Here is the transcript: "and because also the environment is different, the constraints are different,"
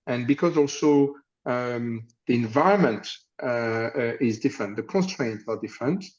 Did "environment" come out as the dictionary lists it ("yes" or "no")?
yes